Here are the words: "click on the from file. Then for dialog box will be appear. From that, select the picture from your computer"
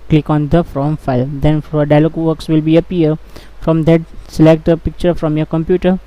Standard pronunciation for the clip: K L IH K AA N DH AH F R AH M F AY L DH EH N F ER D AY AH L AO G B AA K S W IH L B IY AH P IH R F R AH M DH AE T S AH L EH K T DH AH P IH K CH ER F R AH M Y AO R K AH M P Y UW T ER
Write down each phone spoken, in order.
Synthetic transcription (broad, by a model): K L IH K AA N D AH F R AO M F AY L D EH N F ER D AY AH L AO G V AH K S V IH L B IY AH P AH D F R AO M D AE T S AH L EH K T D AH P IH K CH ER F R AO M Y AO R K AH M P Y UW T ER